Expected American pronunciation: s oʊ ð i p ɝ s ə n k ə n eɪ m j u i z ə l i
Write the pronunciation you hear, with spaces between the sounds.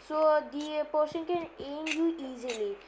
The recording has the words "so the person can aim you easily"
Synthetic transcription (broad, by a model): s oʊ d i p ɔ ʃ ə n k ə n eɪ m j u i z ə l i